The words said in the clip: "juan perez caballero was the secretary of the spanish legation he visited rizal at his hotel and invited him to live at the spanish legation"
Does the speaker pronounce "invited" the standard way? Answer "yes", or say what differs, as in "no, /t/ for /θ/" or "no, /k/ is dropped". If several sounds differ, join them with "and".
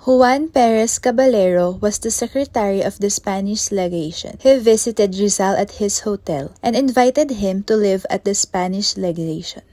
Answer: yes